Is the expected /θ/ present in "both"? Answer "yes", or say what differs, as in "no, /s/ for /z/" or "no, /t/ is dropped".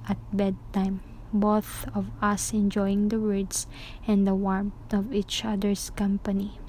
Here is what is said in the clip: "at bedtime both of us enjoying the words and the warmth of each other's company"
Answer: yes